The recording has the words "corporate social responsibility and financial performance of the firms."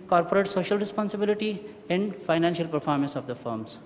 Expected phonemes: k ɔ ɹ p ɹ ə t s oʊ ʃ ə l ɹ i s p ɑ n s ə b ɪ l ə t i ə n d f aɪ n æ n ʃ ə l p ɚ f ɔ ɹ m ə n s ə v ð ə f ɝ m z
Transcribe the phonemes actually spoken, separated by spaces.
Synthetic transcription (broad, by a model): k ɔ ɹ p ɹ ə t s oʊ ʃ ə l ɹ i s p ɑ n s ə b ɪ l ə t i ə n d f aɪ n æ n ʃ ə l p ɚ f ɔ ɹ m ə n s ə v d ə f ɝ m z